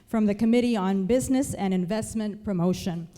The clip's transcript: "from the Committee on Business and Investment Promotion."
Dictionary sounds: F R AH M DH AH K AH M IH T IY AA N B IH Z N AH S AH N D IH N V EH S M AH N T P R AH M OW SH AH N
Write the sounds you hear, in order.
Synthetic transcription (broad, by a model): F R AH M DH AH K AH M IH T IY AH N B IH Z N AH S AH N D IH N V EH S M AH N P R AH M OW SH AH N